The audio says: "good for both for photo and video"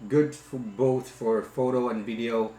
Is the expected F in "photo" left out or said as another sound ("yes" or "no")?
no